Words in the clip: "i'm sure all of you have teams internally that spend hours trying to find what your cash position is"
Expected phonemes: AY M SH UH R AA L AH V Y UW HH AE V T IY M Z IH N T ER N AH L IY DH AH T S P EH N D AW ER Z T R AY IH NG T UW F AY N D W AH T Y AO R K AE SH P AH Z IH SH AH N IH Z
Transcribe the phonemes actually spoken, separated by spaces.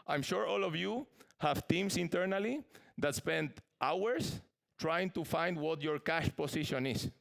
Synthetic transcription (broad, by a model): AY M SH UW R AA L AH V Y UW HH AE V T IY M S IH N T ER N AH L IY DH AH T S P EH N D AW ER S T R AY IH NG T UW F AY N D W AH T Y AO R K AE SH P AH S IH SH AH N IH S